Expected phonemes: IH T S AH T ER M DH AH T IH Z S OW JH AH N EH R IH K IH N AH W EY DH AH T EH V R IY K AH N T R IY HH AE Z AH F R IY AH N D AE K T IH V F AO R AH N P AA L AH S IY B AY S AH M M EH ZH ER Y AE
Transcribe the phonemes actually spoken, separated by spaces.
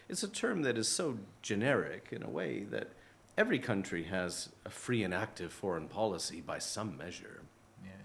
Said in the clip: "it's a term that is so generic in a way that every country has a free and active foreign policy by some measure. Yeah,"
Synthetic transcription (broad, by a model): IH T S AH T ER M DH AH T IH Z S OW JH AH N EH R IH K IH N AH W EY DH AH T EH V R IY K AH N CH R IY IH Z AH F R IY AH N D AE K T IH V F AO R AH N P AA L AH S IY B AY S AH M M EH ZH ER